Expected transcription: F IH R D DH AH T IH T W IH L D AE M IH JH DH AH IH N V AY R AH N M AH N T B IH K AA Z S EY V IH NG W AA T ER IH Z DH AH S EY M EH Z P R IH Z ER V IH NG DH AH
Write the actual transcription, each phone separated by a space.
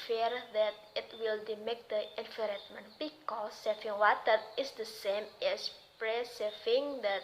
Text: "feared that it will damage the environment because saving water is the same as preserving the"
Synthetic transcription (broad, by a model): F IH R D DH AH T IH T W IH L D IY M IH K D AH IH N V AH R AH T M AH N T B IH K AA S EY F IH NG W AA T ER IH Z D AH S EY M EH S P R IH S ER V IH NG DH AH